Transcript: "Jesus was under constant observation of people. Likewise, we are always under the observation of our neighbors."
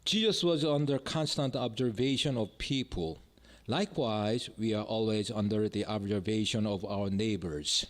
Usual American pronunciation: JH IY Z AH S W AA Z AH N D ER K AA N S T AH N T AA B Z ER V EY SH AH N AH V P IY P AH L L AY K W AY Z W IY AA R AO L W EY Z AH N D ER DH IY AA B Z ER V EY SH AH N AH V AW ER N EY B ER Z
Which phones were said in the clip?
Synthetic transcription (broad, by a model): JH IY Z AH S W AA Z AH N D ER K AA N S T AH N T AA B Z ER V EY SH AH N AH V P IY P AH L L AY K W AY Z W IY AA R AO L W EY Z AH N D ER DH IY AA B Z ER V EY SH AH N AH V AW ER N EY B ER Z